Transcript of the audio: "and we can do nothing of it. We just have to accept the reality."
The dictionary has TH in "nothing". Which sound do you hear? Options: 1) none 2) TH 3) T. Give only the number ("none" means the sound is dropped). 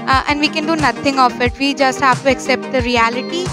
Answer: 3